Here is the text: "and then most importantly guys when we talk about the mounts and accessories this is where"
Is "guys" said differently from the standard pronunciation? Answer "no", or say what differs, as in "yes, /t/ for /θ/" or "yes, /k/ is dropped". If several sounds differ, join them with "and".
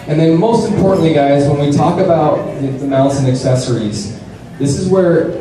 no